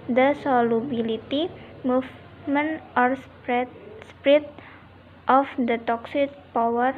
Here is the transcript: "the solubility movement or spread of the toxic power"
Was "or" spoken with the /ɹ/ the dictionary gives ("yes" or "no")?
yes